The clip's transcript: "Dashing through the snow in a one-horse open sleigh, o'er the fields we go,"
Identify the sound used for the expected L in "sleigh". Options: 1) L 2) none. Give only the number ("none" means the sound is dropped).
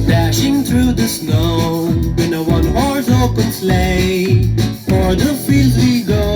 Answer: 1